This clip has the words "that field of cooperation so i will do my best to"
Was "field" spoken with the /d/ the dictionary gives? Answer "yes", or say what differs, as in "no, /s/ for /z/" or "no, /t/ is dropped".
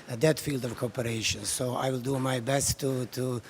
yes